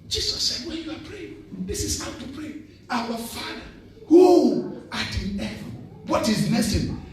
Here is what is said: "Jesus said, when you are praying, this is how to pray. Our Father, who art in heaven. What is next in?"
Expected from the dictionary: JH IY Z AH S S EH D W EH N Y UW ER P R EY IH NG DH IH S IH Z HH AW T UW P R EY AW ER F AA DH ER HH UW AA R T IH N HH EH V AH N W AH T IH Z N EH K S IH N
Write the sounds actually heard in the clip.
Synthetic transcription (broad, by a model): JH IY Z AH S S EH D W EH N Y UW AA P R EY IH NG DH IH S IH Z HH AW T UW P R EY AW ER F AA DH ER HH UW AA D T IH N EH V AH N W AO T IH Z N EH S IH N